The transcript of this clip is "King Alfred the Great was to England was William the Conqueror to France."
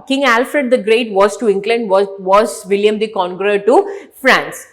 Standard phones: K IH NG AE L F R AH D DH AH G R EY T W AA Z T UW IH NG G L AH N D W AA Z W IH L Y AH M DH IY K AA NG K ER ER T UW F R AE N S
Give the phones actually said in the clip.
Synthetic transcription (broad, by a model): K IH NG AE L F R AH D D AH G R EY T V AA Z T UW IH NG G L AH N D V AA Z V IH L Y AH M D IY K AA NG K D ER T UW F R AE N S